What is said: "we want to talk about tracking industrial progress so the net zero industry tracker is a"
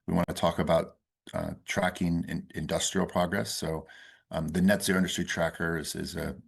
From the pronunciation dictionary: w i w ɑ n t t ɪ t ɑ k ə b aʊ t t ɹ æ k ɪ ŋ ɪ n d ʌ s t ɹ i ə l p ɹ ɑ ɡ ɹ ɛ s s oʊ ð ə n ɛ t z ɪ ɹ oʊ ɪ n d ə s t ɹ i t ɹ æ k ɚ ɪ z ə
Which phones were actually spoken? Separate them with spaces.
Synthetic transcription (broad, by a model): w i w ɑ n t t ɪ t ɑ k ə b aʊ t t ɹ æ k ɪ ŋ ɪ n d ʌ s t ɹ i l p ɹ ɑ ɡ ɹ ɛ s s oʊ ð ə n ɛ t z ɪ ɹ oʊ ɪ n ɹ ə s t i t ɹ æ k ɚ ɪ z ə